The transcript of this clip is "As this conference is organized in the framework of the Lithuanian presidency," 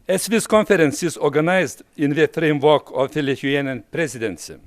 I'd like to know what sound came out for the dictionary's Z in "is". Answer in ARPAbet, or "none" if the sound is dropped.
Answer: S